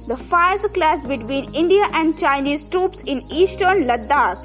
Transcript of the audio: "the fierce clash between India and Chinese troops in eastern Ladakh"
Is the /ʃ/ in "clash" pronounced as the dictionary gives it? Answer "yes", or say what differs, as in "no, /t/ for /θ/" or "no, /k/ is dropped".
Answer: no, /s/ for /ʃ/